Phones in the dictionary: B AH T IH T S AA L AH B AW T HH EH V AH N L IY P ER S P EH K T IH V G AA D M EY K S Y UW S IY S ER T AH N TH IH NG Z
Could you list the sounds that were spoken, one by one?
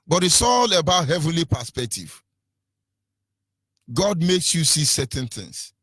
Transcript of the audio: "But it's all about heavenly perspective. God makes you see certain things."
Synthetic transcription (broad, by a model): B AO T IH S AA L AH B AW T HH EH V AH N L IY P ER S P EH K T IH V G AA D M EY K S Y UW S IY S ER T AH N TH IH NG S